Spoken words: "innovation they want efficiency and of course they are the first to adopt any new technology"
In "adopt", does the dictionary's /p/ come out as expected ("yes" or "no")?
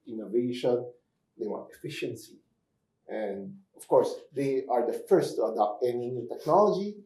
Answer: yes